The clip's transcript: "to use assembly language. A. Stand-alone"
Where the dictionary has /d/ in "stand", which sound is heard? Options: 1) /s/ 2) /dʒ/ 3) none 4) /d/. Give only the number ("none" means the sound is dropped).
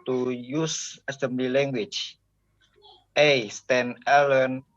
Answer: 3